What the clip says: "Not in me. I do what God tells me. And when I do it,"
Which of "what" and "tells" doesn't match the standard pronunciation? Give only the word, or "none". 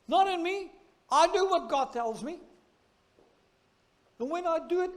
none